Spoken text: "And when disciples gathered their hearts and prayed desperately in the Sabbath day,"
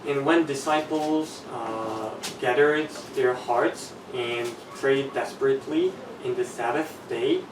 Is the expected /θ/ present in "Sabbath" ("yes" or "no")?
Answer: yes